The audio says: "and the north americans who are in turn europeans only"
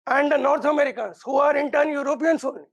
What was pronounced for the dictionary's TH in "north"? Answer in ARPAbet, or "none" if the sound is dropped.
T